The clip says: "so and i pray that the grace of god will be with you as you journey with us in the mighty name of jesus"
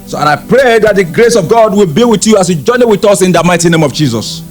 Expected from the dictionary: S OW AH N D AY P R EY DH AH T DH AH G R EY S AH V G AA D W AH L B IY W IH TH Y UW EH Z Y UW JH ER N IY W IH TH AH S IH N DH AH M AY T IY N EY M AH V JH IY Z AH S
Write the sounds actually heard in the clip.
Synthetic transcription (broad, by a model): S OW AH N AY P R EY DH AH T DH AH G R EY S AH V G AA D W AH L B IY W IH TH Y UW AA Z Y UW JH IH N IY W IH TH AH S IH N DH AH M AY T IY N EY M AH V JH IY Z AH S